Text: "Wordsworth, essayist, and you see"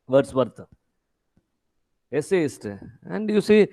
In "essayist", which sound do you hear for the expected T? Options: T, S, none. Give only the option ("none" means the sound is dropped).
T